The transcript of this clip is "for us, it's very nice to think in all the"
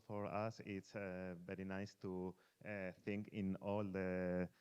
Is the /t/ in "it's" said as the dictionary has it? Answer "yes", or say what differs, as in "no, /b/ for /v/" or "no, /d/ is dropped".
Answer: yes